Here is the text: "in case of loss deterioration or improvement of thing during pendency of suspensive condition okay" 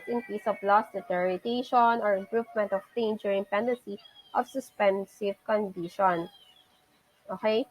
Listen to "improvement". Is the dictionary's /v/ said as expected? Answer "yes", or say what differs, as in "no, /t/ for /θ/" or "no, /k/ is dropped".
no, /p/ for /v/